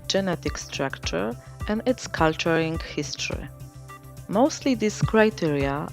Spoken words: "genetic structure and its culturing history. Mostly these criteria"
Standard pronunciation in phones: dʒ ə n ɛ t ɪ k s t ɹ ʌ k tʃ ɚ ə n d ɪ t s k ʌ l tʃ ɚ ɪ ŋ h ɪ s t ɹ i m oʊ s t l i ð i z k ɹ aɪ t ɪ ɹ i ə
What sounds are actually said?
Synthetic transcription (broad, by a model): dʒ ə n ɛ t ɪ k s t ɹ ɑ k tʃ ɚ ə n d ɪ t s k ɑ l tʃ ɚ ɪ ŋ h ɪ s t ɹ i m oʊ s t l i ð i s k ɹ aɪ t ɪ ɹ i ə